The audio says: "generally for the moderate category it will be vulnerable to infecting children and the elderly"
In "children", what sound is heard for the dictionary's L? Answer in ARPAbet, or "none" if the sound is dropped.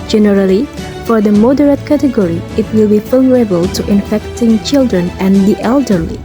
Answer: L